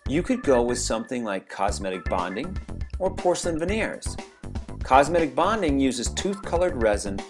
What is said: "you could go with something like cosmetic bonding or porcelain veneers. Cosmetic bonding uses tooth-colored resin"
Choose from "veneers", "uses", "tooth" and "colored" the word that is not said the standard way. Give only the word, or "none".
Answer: none